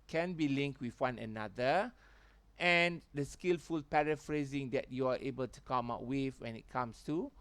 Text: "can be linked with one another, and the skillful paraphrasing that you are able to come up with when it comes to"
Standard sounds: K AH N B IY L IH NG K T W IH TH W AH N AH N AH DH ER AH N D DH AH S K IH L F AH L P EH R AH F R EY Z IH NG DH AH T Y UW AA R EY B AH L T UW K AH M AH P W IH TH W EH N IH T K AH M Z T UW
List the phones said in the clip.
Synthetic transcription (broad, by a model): K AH N B IY L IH NG K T W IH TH W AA N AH N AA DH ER AH N D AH S K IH L F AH L P EH R AH F R EY Z IH NG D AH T Y UW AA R EY B AH L T UW K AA M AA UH W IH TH W EH N IH T K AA M S T UW